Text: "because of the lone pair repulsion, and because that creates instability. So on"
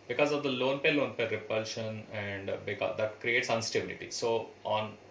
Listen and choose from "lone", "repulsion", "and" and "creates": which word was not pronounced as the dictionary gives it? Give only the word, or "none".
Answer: none